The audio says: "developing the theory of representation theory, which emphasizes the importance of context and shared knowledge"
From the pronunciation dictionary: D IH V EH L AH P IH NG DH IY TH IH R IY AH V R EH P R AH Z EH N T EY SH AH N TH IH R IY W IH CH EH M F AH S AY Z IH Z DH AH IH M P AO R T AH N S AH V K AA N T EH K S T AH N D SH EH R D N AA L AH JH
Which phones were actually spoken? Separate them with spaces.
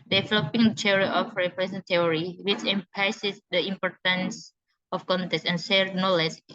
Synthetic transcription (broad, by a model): D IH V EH L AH P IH NG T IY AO R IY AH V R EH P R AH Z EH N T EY AH R IY W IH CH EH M P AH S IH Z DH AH IH M P AO R T AH N S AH F K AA N T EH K S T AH N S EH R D N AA L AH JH